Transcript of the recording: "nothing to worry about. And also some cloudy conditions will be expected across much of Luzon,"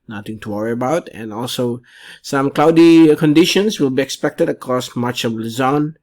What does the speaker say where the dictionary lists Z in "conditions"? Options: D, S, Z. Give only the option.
S